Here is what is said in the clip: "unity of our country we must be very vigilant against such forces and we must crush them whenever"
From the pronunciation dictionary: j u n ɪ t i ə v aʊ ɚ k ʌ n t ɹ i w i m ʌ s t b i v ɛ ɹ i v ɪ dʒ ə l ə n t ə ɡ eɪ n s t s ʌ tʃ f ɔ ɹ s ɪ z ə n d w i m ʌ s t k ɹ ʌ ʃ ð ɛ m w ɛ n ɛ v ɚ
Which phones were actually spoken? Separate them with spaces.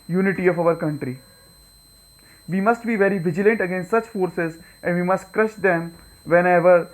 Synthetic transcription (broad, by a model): j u n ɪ t i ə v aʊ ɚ k ʌ n t ɹ i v i m ʌ s t b i v ɛ ɹ i v ɪ dʒ ə l ə n t ə ɡ eɪ n s t s ʌ tʃ f ɔ ɹ s ɪ z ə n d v i m ʌ s t k ɹ ʌ ʃ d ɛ m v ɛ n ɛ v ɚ